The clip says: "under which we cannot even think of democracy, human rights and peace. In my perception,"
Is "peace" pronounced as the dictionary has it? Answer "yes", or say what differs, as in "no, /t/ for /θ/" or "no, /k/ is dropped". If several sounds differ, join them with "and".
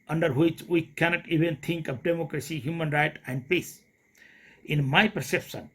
yes